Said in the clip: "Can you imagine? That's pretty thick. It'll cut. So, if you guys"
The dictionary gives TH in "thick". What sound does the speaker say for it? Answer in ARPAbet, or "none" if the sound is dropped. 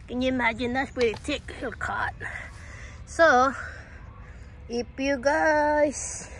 T